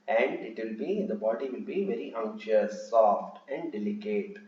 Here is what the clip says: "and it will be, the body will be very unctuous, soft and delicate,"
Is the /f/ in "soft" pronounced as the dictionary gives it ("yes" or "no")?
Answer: yes